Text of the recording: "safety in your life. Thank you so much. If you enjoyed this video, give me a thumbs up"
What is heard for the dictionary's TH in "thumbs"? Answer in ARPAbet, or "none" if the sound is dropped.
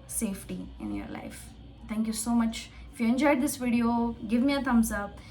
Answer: T